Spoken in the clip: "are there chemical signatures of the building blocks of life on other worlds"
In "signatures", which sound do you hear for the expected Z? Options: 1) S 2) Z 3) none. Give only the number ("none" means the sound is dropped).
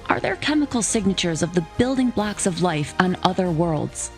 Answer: 2